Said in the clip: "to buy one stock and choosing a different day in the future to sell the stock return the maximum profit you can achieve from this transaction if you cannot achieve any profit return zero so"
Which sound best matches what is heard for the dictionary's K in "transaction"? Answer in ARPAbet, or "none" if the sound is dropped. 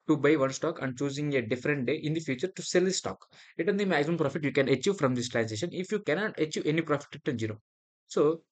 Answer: none